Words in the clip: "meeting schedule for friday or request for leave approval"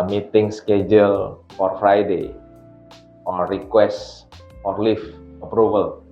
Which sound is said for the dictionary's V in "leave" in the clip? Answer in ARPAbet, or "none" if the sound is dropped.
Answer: F